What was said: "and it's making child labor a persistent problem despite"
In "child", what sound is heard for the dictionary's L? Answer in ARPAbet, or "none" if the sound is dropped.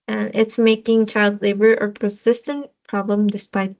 L